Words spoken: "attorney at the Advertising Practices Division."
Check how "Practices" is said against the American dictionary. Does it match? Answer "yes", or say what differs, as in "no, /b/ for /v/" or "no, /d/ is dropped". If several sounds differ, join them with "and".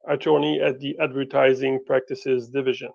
yes